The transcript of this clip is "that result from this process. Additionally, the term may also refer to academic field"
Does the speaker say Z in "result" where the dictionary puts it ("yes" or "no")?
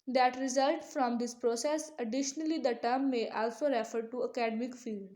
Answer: yes